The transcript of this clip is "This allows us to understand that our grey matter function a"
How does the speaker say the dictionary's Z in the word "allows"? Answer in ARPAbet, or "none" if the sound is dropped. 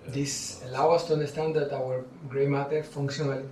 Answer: none